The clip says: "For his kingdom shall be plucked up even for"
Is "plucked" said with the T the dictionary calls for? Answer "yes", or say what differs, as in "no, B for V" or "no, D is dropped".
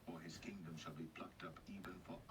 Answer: yes